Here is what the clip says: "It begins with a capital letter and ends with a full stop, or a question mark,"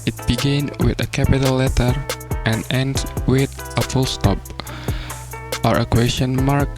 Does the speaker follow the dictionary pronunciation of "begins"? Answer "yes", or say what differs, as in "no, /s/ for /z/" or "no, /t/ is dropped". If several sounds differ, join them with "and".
no, /z/ is dropped